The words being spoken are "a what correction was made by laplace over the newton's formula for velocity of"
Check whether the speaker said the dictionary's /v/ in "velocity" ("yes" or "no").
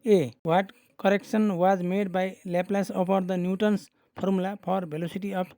no